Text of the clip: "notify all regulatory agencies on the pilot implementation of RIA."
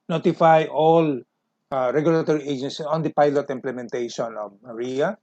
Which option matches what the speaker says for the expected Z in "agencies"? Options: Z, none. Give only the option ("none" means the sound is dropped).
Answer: none